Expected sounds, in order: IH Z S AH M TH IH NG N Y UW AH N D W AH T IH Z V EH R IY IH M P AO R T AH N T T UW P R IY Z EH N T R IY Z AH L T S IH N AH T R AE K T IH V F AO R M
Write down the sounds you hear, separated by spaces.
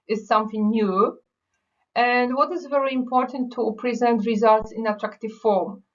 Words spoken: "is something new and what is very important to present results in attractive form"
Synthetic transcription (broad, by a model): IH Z S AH M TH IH NG N Y UW AH N D W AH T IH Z V EH R IY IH M P AO R T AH N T T UW P R IY Z EH N T R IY Z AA L T S IH N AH T R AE K T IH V F AO R M